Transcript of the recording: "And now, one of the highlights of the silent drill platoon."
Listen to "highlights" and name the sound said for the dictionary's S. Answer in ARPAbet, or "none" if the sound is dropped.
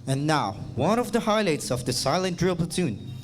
S